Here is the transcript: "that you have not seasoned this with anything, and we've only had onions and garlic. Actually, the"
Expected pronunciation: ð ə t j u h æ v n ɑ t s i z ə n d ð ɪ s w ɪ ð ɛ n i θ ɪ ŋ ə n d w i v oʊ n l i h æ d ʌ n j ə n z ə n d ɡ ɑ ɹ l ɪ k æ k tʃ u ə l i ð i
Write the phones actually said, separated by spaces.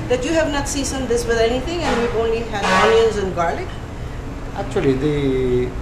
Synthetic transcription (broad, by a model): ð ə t j u h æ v n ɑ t s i s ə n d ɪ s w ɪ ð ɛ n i t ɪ ŋ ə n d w i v oʊ n l i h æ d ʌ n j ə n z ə n ɡ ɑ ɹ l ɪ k æ k tʃ u ə l i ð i